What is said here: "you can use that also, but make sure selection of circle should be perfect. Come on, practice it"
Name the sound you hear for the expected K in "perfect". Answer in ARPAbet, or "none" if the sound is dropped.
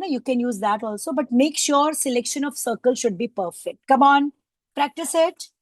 K